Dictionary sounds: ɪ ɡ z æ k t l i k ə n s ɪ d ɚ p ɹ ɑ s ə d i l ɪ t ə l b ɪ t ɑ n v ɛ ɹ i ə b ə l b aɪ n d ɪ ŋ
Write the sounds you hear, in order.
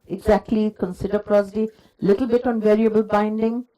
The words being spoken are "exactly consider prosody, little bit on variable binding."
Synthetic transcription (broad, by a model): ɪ ɡ z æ k t l i k ə n s ɪ d ɚ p ɹ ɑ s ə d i l ɪ t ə l b ɪ t ɑ n v ɛ ɹ i ə b ə l b aɪ n d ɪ ŋ